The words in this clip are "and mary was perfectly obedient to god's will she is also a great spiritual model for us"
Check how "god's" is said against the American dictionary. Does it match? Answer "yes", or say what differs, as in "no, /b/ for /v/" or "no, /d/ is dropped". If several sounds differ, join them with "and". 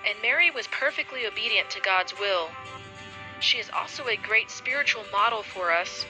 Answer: yes